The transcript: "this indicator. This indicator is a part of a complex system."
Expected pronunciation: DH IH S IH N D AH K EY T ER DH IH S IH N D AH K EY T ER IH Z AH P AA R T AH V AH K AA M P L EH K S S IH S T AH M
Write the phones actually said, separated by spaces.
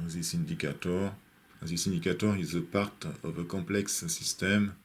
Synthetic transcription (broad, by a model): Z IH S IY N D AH K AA T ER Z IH S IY N D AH K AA T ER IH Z AH P AA R T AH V AH K AA P L EH K S S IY S T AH M